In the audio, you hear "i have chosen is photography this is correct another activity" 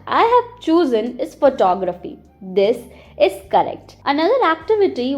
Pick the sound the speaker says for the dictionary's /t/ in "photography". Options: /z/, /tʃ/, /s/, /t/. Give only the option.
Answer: /t/